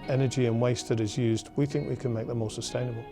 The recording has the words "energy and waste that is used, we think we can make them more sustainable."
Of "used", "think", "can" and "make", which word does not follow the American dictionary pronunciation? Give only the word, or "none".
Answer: none